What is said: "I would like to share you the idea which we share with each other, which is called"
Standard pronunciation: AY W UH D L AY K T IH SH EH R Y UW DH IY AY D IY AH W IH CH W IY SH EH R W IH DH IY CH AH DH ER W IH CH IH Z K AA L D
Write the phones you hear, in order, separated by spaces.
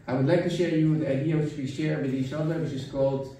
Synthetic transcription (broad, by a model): AY W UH D L AY K T IH SH EH R Y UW DH IY AY D IY AH W IH CH W IY SH EH R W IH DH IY S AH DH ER W IH CH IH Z K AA L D